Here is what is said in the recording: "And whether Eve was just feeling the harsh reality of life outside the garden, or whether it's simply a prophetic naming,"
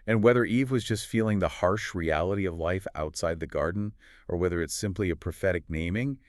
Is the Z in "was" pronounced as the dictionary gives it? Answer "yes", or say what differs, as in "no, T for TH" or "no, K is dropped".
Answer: yes